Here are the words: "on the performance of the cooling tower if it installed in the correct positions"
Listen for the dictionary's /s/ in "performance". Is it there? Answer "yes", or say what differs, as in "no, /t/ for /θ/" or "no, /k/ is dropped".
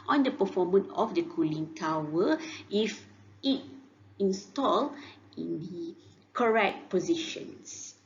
no, /s/ is dropped